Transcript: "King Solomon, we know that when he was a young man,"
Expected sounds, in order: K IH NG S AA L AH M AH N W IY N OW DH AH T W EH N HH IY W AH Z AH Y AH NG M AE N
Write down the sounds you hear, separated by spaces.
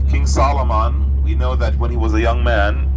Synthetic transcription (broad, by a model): K IH NG S AA L AH M AH N W IY N OW DH AH T W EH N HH IY W AH Z AH Y AH NG M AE N